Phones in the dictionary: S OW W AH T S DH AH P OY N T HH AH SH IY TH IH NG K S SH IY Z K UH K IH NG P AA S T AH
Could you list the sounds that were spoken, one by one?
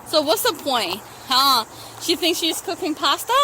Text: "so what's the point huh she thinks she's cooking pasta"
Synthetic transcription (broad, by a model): S OW W AH T S DH AH P OY N T HH AH SH IY TH IH NG K S SH IY Z K UH K IH NG P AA S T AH